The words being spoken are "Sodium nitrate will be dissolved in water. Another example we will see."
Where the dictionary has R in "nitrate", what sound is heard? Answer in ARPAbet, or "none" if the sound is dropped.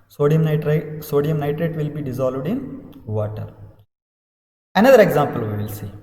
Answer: R